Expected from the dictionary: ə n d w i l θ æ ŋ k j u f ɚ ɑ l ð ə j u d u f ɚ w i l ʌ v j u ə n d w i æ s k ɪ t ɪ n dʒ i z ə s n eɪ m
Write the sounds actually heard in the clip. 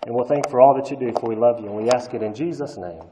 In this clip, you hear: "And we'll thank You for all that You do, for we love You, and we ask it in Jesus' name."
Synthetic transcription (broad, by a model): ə n w i l θ æ ŋ k f ɚ ɑ l ð ə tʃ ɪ d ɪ f ɚ w i l ʌ v j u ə n w i æ s k ɪ t ɪ n dʒ i z ə s n eɪ m